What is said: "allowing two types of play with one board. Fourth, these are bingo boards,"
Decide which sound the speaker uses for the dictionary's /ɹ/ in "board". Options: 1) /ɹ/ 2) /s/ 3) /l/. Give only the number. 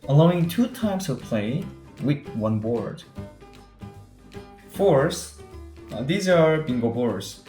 1